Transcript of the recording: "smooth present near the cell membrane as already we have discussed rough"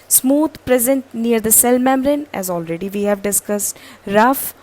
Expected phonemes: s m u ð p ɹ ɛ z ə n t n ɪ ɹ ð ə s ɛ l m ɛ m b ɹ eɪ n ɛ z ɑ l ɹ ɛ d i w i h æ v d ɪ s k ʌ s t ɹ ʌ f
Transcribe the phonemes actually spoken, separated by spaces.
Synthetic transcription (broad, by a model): s m u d p ɹ ɛ z ə n t n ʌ ɹ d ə s ɛ l m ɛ m ɹ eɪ n ɛ z ɑ l ɹ ɛ d i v i h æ v d ɪ s k ʌ s t ɹ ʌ f